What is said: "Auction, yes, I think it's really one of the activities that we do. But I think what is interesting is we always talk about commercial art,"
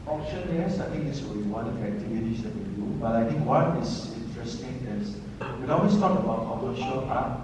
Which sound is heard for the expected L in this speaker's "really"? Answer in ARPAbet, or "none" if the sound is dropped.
none